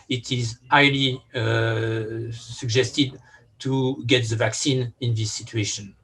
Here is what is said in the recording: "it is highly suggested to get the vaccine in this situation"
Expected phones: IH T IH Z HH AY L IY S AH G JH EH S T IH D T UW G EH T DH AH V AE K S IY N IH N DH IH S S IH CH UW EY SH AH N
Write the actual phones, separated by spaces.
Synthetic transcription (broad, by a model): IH T IH Z AY L IY S AH G JH EH S T IH D T UW G EH T DH AH V AE K S IY N IH N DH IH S S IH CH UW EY SH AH N